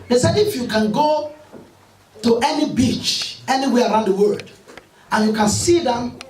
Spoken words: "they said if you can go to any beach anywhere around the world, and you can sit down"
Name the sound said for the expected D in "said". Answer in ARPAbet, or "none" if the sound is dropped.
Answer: none